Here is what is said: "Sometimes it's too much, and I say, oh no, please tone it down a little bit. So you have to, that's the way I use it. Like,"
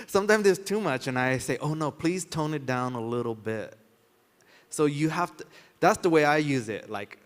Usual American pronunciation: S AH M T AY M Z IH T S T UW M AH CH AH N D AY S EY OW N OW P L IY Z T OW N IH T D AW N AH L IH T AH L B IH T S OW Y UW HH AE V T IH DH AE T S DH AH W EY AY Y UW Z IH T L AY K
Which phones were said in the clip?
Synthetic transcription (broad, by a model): S AH M T AY M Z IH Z T UW M AH CH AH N AY S EY OW N OW P L IY Z T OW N IH T D AW N AH L IH T L B IH T S OW Y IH HH AE F T IH DH AE T S DH AH W EY AY Y UW Z IH T L AY K